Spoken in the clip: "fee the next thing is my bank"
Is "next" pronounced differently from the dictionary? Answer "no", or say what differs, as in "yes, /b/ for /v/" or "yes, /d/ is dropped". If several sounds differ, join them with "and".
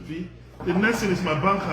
yes, /k/ is dropped